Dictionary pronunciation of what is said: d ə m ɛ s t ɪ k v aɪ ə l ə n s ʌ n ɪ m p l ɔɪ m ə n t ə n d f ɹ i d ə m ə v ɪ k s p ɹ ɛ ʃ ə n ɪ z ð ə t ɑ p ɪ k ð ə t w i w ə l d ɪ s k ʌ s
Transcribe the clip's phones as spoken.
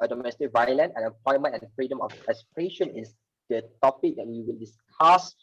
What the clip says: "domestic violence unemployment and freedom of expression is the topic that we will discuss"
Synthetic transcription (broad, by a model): d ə m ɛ s t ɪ k v aɪ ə l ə n ɛ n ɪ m p l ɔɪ m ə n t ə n f ɹ i d ə m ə f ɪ s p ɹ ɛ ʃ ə n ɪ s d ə t ɑ p ɪ k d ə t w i w ə l d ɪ s k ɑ s